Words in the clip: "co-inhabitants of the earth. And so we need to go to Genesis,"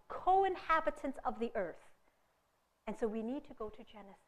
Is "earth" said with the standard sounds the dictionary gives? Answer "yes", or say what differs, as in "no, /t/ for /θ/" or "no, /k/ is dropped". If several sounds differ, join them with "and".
yes